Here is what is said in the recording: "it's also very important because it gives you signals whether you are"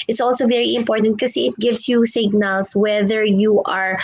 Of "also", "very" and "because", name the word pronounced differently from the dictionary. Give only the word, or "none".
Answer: because